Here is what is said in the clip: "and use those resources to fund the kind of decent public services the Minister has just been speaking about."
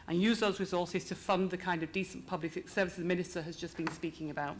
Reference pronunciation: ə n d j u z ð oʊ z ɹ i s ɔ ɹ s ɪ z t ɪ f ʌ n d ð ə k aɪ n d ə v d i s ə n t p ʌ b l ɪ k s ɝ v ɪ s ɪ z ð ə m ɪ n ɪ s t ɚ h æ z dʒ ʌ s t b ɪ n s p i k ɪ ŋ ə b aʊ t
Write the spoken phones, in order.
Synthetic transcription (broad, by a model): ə n j u z ð oʊ z ɹ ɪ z ɔ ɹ s ɪ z t ɪ f ʌ n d ð ə k aɪ n d ə v d i s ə n p ʌ b l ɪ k s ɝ v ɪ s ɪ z m ɪ n ɪ s t ɚ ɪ z dʒ ʌ s b ɪ n s p i k ɪ ŋ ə b aʊ t